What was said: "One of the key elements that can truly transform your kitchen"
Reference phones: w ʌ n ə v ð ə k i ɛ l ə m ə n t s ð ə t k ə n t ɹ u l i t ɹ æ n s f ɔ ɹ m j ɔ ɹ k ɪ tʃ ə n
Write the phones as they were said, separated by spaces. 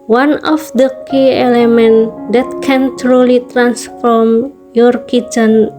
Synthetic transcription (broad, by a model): w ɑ n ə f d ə k i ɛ l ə m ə n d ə t k ə n t ɹ u l i t ɹ æ n s f ɔ ɹ m j ɔ ɹ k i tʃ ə n